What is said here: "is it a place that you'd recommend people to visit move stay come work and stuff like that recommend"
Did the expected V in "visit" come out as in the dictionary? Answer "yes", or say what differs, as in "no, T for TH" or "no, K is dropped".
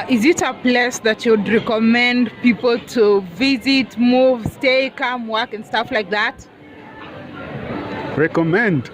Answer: yes